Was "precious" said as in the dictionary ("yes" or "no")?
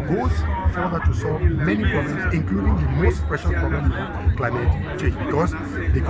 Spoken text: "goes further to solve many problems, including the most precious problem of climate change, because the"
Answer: no